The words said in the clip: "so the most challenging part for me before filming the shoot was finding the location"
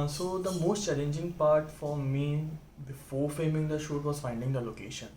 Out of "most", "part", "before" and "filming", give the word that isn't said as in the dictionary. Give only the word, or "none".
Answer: filming